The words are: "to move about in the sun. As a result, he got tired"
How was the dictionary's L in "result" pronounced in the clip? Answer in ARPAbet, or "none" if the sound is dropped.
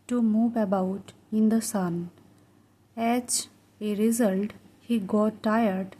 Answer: L